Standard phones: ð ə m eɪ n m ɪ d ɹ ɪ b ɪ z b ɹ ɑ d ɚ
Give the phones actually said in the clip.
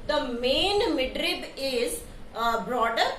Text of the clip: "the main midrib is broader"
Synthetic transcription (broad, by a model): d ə m eɪ n m ɪ d ɹ ɪ b ɪ z b ɹ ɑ d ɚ